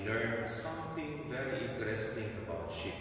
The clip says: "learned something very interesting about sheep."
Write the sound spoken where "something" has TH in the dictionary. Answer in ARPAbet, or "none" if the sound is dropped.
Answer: T